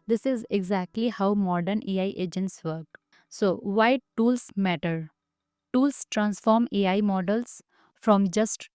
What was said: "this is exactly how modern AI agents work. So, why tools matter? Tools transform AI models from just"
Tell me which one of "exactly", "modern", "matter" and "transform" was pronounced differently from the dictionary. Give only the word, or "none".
none